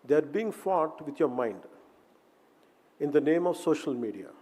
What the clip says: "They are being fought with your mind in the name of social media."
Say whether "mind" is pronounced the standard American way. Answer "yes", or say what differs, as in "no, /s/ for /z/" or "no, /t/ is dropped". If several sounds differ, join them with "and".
yes